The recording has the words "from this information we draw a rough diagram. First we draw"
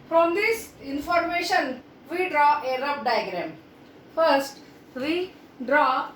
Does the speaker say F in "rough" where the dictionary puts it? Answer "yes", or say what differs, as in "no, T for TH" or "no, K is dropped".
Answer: no, P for F